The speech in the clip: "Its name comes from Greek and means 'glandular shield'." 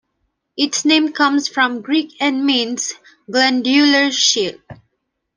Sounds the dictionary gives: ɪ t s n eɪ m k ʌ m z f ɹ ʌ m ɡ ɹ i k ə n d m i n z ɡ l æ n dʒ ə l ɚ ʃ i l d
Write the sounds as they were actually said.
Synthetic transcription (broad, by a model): ɪ t s n eɪ m k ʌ m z f ɹ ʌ m ɡ ɹ i k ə n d m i n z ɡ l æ n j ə l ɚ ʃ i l